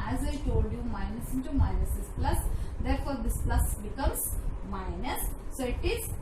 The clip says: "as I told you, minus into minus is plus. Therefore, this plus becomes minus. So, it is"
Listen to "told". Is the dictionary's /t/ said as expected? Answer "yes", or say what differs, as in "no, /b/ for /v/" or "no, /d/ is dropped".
yes